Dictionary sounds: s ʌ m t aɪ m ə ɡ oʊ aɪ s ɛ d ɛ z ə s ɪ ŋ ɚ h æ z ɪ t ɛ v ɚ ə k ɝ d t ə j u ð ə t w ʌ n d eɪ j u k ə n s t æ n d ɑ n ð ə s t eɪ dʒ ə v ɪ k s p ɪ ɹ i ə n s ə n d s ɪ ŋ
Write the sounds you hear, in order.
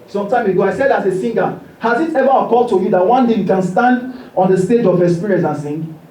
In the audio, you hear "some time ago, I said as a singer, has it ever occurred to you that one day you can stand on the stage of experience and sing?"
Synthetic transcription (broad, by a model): s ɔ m t aɪ m ə ɡ oʊ aɪ s ɛ d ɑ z ə s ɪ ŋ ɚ h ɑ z ɪ t ɛ v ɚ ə k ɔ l t ə j u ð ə t w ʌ n d eɪ j u k ə n s t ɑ n d ɑ n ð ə s t eɪ dʒ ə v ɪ s p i ɹ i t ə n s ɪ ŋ